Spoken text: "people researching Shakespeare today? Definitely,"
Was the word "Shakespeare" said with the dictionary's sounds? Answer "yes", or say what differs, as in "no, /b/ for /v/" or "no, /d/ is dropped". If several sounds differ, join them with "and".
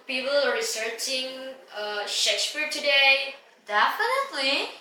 yes